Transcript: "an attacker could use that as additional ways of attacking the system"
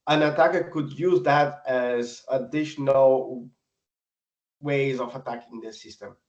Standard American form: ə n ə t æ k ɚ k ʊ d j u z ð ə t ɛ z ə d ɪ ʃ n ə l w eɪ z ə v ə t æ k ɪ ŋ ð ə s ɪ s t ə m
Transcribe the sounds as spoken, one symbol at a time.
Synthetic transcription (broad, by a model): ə n ə t æ k ɚ k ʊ d j u z ð ə t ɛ z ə d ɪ ʃ n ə l w eɪ z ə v ə t æ k ɪ ŋ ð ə s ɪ s t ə m